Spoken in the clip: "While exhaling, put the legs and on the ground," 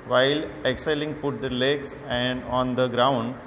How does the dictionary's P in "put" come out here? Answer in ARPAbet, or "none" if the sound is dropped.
P